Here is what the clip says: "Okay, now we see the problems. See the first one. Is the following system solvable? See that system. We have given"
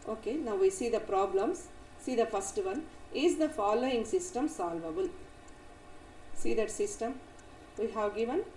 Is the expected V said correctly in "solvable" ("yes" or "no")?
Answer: yes